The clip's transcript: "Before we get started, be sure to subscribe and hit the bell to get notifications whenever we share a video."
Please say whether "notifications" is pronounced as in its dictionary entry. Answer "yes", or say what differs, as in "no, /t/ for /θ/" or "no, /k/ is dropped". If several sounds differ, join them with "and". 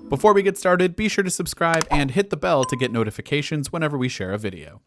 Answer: yes